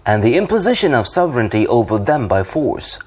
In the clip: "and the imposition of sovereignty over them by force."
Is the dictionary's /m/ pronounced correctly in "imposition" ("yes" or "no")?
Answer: yes